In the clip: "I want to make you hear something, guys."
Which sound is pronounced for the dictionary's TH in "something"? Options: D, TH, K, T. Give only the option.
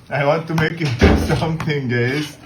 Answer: T